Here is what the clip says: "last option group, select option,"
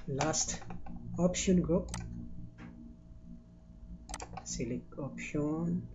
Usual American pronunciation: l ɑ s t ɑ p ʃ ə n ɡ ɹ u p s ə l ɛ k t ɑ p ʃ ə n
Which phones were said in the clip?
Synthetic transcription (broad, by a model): l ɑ s t ɑ p ʃ ə n ɡ ɹ u p s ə l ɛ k ɑ p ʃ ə n